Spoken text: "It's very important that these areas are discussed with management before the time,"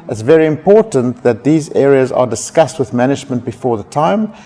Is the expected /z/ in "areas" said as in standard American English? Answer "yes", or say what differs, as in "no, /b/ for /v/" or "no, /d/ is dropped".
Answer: yes